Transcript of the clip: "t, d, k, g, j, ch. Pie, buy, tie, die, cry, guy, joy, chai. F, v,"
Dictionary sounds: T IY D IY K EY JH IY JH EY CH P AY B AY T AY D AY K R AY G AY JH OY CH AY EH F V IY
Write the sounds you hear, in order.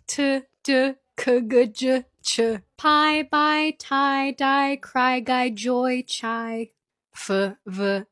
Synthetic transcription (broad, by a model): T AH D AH K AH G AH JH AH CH P AY B AY T AY D AY K R AY G AY JH OY CH AY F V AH